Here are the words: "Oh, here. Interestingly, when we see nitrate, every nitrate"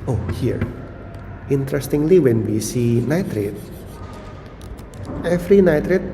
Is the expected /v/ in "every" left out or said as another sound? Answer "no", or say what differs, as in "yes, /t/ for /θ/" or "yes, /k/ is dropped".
yes, /f/ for /v/